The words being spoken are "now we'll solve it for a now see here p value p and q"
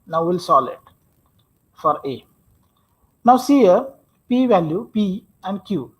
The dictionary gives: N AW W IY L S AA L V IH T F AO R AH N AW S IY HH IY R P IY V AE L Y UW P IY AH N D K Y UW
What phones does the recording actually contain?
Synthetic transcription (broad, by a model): N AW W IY L S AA L IH T F AO R AH N AW S IY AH R P IY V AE L Y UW P IY AH N D K Y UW